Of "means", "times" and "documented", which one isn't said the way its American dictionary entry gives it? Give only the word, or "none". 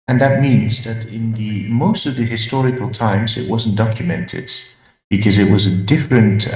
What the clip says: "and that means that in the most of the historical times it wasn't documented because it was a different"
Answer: none